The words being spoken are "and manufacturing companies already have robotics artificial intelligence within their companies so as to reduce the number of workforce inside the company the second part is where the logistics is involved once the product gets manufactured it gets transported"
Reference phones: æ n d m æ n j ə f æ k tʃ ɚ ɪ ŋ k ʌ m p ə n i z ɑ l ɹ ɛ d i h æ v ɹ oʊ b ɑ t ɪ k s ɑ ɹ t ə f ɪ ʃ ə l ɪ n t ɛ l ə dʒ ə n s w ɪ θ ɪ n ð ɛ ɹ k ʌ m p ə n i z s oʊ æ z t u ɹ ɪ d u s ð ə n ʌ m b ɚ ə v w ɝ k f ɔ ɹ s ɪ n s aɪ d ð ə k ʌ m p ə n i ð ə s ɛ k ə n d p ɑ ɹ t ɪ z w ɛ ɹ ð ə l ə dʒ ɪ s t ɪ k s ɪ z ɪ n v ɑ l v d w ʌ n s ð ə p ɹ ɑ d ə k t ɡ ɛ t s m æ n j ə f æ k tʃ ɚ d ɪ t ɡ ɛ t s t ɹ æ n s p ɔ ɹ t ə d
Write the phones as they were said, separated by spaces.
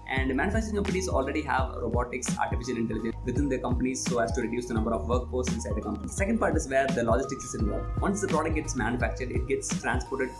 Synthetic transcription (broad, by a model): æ n d m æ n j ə f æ k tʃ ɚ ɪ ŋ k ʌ m p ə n i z ɑ l ɹ ɛ d i h æ v ɹ oʊ b ɑ t ɪ k s ɑ ɹ t ə f ɪ ʃ ə l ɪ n t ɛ l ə dʒ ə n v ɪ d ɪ n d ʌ k ʌ m p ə n i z s oʊ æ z t u ɹ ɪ d u s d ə n ʌ m b ɚ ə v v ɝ k p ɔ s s ɪ n s aɪ d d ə k ʌ m p ə n i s s ɛ k ə n d p ɑ ɹ t ɪ z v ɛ ɹ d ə l ə dʒ ɪ s t ɪ k s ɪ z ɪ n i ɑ v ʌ n s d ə p ɹ ɑ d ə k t ɡ ɛ t s m æ n j ə f æ k tʃ ɚ d ɪ t ɡ ɛ t s t ɹ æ n s p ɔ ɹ t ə d